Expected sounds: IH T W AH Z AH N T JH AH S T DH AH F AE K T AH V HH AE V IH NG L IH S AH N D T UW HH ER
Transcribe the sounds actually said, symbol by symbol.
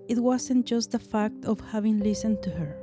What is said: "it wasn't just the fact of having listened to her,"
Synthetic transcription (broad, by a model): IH T W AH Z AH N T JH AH S T DH AH F AE K T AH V HH AE V IH NG L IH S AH N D T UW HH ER